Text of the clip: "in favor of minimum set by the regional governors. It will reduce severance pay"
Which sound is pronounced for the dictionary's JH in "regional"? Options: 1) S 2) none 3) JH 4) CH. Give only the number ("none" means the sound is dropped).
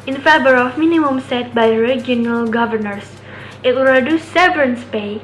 2